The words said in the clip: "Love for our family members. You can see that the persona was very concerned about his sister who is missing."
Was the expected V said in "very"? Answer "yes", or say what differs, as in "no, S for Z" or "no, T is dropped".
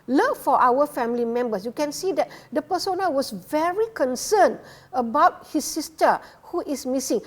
yes